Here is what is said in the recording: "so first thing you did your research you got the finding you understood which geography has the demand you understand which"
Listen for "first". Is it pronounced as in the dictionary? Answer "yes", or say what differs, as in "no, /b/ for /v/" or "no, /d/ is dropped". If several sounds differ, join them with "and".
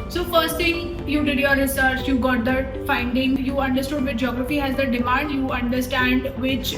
yes